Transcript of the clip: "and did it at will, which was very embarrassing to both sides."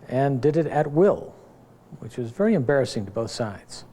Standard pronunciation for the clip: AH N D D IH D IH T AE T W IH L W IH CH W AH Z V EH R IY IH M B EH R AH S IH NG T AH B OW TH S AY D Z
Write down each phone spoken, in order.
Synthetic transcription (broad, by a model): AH N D D IH D IH T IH T W IH L W IH CH W AH Z V EH R IY IH M B EH R AH S IH NG T AH B OW TH S AY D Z